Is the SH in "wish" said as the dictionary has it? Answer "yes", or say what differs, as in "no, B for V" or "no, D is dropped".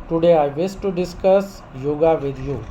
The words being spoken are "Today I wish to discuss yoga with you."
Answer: no, S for SH